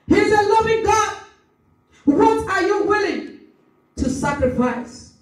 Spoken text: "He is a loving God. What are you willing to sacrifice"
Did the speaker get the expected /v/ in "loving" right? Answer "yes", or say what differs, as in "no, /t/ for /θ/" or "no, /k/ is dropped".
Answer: yes